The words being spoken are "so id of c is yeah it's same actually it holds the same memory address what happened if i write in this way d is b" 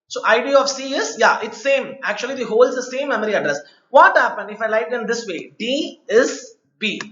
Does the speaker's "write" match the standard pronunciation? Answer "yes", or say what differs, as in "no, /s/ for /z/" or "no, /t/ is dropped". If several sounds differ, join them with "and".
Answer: no, /l/ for /ɹ/